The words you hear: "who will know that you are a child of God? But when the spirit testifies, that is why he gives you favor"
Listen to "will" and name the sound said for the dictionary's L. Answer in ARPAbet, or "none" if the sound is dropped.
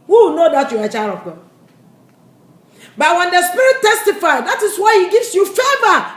W